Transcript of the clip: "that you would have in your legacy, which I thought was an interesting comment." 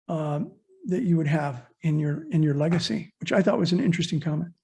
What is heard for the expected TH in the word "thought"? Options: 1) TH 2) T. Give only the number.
1